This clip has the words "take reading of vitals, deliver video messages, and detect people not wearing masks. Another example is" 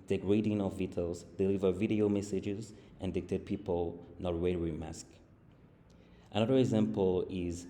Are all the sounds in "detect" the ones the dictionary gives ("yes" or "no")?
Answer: no